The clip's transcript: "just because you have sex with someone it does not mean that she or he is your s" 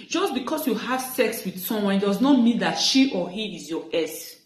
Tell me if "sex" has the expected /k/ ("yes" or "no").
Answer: yes